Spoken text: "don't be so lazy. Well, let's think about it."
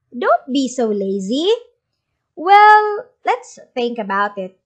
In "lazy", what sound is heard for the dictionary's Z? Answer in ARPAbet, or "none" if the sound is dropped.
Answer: Z